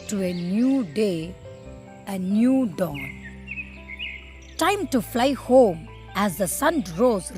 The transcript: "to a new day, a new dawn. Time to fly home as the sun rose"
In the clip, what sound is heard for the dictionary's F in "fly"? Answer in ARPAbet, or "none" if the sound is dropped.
F